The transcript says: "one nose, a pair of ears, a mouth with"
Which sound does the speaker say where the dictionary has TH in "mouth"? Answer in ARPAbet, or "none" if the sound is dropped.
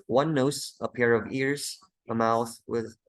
TH